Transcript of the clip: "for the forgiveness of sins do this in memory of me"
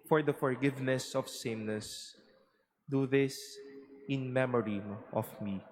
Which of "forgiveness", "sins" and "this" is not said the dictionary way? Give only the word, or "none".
sins